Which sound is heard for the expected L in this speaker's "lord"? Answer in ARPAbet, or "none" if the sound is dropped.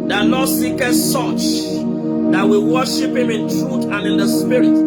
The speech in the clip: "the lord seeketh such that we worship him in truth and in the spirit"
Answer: N